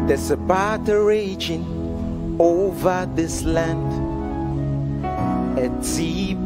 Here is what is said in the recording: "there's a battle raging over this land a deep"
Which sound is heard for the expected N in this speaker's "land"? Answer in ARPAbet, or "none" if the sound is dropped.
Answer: N